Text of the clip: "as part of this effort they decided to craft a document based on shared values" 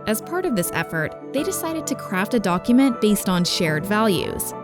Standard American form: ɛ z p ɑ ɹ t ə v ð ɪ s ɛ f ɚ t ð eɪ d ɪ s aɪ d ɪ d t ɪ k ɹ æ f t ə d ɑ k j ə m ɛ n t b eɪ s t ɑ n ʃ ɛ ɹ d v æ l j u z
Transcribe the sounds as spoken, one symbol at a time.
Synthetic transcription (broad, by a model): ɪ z p ɑ ɹ t ə v ð ɪ s ɛ f ɚ t ð eɪ d ɪ s aɪ d ɪ d t ɪ k ɹ æ f t ə d ɑ k j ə m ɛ n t b eɪ s t n ʃ ɛ ɹ d v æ l j u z